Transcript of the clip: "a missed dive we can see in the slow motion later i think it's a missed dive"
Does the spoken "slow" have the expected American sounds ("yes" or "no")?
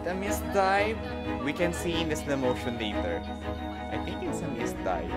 no